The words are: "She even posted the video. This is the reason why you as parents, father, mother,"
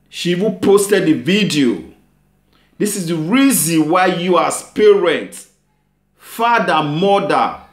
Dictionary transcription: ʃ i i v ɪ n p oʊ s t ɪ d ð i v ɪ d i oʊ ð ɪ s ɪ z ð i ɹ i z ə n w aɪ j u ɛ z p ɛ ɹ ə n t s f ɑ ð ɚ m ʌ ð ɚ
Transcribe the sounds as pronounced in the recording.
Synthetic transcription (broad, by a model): ʃ i i v ɪ n p oʊ s t ɪ d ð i v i d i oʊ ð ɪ s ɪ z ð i ɹ i z ə n w aɪ j u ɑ s p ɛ ɹ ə n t f ɑ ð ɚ m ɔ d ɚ